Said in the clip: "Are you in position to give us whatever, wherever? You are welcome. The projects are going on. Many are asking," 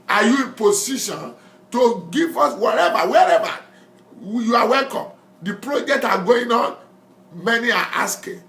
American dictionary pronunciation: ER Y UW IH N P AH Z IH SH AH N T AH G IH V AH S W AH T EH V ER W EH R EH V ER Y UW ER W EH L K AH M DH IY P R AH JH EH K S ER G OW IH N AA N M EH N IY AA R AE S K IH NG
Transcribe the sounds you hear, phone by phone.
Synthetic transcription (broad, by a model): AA Y UW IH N P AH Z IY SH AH N T AH G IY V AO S W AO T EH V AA W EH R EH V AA Y UW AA W EH L K AH M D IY P R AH JH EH K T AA G OW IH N AA N M EH N IY AA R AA S K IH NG